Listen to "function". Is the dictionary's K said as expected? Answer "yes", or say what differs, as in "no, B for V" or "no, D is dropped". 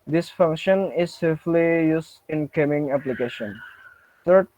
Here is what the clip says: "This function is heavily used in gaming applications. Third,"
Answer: yes